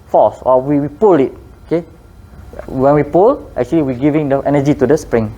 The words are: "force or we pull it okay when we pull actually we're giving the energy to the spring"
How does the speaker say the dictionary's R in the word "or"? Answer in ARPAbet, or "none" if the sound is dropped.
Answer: W